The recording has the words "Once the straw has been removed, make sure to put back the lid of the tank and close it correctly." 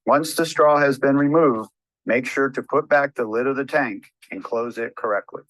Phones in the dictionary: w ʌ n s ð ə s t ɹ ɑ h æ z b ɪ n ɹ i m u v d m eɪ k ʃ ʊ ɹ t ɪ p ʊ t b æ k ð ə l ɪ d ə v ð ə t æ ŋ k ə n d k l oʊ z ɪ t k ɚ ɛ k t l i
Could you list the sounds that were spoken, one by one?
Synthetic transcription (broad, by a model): w ʌ n s ð ə s t ɹ ɑ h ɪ z b ɪ n ɹ i m u v d m eɪ k ʃ ʊ ɹ t ɪ p ʊ t b æ k ð ə l ɪ d ə v ð ə t æ ŋ k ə n k l oʊ z ɪ t k ɚ ɛ k t l i